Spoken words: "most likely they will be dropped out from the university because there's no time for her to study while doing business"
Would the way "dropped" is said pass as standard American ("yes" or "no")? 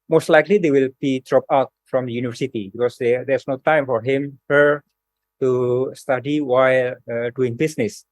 no